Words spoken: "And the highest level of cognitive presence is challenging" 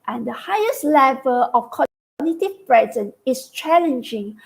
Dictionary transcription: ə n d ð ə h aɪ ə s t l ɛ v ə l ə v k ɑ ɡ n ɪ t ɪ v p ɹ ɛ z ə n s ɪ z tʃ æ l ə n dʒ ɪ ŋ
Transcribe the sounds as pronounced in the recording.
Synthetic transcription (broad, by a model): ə n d ə h aɪ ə s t l ɛ v ə l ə f k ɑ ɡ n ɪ t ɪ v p ɹ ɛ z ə n ɪ s tʃ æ l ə n dʒ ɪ ŋ